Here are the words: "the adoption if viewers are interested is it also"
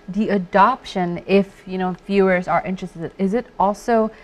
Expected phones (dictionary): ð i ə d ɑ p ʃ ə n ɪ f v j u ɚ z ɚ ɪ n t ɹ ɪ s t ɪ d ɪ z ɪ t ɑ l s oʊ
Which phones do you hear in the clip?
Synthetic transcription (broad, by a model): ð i ə d ɑ p ʃ ə n ɪ f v j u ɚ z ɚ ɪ n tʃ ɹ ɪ s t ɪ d ɪ z ɪ t ɑ l s oʊ